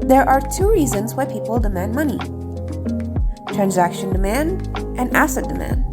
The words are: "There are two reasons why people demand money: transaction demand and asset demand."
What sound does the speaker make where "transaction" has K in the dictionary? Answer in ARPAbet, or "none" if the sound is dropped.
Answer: K